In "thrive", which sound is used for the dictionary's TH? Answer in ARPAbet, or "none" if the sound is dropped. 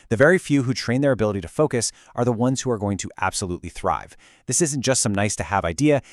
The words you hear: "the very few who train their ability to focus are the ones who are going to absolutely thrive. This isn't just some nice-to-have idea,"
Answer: TH